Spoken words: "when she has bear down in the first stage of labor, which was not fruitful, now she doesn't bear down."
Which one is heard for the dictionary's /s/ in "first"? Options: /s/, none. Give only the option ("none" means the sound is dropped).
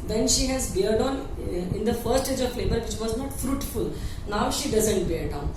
none